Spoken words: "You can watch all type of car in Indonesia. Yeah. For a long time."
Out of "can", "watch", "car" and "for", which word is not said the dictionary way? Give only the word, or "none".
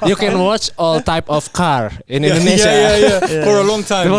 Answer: none